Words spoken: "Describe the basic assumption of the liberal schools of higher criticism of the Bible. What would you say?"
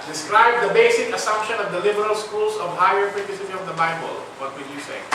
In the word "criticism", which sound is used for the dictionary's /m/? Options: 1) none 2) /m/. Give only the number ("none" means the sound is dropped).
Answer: 1